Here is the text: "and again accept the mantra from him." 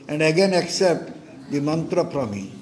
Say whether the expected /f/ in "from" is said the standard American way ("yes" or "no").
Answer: no